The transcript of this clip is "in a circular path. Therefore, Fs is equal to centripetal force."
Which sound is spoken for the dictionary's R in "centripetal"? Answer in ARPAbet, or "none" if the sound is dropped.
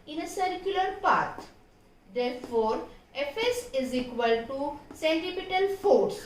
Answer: none